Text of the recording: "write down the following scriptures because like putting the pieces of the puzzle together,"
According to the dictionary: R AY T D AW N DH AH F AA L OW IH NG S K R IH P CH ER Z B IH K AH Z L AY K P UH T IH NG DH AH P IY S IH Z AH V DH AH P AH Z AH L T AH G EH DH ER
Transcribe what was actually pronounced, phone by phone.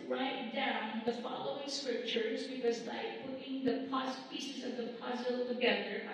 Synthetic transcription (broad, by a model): R AY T D AW N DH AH F AA L OW IH NG S K R IH P CH ER Z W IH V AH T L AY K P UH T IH NG DH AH P IY S IH Z AH V DH AH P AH Z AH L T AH G EH DH ER